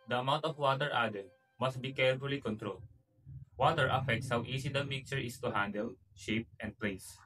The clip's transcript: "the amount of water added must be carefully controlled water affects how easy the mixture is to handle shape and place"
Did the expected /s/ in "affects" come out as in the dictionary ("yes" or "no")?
yes